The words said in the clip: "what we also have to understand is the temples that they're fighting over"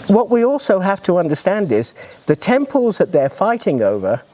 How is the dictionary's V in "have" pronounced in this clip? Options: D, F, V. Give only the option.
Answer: F